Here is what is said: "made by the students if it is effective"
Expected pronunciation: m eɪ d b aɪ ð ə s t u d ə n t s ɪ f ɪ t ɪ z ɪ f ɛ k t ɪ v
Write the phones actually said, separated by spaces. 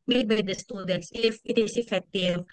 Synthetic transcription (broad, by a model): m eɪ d b aɪ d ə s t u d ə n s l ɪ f ɪ t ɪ s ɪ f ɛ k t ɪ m